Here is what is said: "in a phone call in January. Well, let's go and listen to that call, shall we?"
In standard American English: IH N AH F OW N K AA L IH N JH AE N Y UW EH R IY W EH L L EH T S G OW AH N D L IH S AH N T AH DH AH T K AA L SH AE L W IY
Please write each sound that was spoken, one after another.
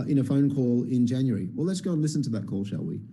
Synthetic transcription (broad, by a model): IH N AH F OW N K AA L IH N JH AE N Y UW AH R IY W EH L L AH T S G OW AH N L IH S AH N T AH DH AH T K AA L SH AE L W IY